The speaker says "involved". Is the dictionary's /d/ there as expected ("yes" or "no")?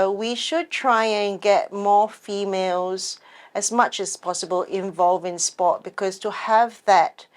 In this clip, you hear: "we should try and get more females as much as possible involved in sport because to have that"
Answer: no